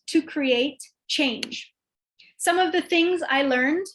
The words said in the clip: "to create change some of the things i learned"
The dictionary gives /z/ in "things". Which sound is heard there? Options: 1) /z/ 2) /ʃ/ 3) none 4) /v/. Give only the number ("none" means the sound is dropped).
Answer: 1